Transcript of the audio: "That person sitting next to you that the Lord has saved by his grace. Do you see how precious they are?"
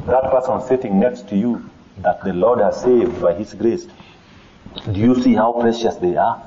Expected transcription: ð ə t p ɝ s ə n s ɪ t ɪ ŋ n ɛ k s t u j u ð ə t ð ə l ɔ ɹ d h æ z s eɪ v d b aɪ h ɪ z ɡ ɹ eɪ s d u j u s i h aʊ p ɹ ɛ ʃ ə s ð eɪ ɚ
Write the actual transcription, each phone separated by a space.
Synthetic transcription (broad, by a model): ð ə t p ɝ s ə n s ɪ t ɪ ŋ n ɛ k s t u j u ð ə t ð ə l ɔ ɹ d h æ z s eɪ v d b aɪ h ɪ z ɡ ɹ eɪ s d u j u s i h aʊ p ɹ ɛ ʃ ə s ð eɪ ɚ